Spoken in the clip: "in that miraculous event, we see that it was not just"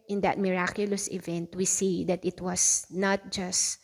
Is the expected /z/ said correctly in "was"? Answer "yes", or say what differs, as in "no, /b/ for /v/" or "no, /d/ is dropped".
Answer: no, /s/ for /z/